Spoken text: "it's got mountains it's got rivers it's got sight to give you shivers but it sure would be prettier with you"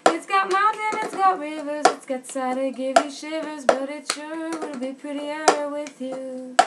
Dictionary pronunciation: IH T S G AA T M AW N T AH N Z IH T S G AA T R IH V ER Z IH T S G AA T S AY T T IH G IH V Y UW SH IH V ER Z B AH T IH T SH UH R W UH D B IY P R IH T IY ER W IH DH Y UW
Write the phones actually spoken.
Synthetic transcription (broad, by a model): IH T S G AA T M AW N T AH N IH T S G AA T R IH V ER Z IH T S G AA T S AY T T IH G IH V Y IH SH IH V ER Z B AH T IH T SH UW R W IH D B IY P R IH T IY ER W IH DH Y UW